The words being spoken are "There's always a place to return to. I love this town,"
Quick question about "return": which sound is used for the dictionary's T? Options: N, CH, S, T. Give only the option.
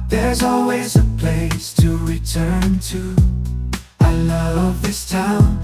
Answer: T